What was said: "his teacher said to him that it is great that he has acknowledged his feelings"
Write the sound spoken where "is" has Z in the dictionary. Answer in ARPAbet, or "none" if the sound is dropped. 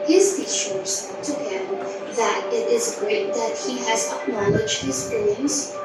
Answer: Z